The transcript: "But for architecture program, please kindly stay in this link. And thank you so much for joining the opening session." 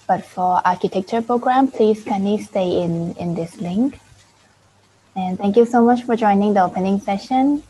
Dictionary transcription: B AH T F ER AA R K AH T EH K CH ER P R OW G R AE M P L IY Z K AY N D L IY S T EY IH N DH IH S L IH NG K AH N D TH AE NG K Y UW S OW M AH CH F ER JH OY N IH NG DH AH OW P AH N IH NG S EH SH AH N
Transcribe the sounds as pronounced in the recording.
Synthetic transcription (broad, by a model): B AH T F ER AA R K AH T EH K CH ER P R OW G R AE M P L IY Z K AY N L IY S T EY IH N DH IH S L IH NG K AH N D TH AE NG K Y UW S OW M AH CH F ER JH OY N IH NG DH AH OW P AH N IH NG S EH SH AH N